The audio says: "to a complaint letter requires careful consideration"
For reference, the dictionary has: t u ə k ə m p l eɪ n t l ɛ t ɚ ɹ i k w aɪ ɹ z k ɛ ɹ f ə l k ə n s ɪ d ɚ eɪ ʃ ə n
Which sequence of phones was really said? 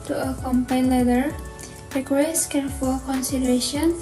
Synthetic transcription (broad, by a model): t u ə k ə m p ɑ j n l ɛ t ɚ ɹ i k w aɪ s k ɛ ɹ f ə l k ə n s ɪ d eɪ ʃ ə n